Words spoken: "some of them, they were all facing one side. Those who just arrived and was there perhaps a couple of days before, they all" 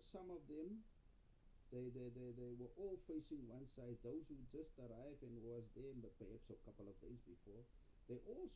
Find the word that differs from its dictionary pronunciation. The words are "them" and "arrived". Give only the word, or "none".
arrived